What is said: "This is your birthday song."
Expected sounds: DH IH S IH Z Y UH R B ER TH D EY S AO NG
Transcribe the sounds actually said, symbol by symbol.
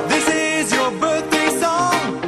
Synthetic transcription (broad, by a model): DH IH S IH Z Y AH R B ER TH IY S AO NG